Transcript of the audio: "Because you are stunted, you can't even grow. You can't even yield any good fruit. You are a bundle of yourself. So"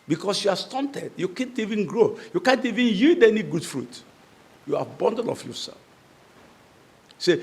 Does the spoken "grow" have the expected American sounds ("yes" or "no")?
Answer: yes